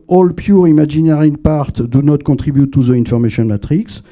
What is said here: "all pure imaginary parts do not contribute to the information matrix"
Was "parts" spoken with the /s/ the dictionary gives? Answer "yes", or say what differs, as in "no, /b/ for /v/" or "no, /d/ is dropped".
no, /s/ is dropped